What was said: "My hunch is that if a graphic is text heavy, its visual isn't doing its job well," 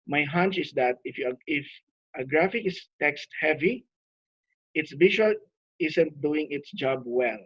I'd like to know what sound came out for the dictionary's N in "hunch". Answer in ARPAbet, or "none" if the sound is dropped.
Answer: N